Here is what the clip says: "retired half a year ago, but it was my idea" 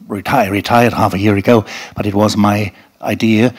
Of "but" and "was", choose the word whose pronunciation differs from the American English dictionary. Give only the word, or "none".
none